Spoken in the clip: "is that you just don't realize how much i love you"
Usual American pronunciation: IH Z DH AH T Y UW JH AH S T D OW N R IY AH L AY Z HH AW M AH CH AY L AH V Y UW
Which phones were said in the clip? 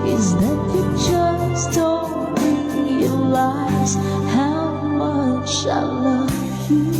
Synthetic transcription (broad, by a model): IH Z DH AH T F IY CH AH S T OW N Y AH L AY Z HH AW M AH CH AY L AH V Y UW